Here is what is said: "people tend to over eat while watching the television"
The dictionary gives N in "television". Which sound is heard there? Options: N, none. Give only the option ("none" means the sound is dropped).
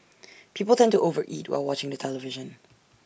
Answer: N